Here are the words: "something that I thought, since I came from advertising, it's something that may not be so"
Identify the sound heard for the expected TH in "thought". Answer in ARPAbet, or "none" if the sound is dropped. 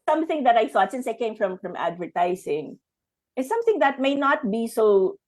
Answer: TH